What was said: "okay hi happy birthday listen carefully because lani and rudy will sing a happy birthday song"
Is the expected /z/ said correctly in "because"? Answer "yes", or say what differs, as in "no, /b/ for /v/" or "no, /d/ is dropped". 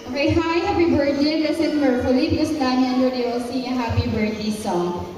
no, /s/ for /z/